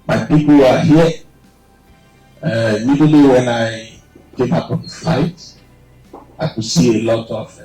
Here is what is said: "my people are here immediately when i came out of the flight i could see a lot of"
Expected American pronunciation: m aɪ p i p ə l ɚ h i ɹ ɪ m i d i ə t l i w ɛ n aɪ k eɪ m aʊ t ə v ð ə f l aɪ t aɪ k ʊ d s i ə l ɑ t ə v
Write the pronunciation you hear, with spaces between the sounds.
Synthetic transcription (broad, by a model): m aɪ p i p ə l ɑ h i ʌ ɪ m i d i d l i w ɛ n aɪ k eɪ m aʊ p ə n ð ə f aɪ t aɪ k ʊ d s i ə l ɑ t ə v